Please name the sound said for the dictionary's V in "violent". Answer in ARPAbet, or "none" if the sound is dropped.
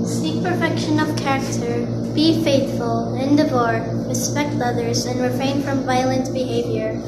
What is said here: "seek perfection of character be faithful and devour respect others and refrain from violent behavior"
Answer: V